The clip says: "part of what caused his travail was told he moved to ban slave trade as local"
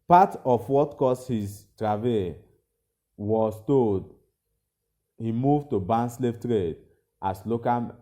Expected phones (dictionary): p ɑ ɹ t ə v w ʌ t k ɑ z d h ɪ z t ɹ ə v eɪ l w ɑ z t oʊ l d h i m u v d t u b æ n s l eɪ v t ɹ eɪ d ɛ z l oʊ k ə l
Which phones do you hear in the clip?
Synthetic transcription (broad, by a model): p ɑ t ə f w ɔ t k ɑ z h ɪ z t ɹ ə v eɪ w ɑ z t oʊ d h i m u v t u b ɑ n s l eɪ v t ɹ eɪ d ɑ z l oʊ k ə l